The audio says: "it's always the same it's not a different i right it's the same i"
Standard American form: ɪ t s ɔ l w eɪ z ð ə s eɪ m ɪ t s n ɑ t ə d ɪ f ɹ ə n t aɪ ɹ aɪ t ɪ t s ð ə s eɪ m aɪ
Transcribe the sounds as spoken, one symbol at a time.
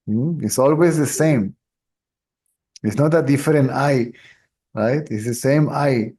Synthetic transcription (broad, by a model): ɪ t s ɔ l w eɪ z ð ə s eɪ m ɪ t s n ɑ t ə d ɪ f ɹ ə n t aɪ ɹ aɪ t ɪ t s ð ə s eɪ m aɪ